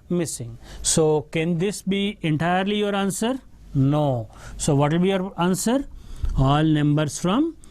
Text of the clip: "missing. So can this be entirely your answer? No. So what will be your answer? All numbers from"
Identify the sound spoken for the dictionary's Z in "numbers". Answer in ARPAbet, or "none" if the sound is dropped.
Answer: S